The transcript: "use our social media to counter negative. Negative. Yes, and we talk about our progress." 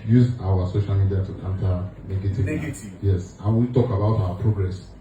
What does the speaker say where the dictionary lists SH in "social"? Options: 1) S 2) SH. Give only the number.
2